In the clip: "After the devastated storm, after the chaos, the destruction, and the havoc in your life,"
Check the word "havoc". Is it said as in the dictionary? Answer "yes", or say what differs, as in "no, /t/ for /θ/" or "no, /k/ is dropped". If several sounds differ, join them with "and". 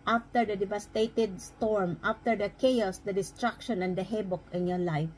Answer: no, /b/ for /v/